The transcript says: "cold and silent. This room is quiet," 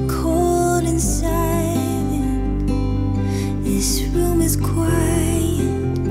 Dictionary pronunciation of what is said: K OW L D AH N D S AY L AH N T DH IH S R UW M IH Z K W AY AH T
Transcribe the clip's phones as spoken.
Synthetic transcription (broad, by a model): K OW L D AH N S AY AH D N DH IH S R UW M IH Z K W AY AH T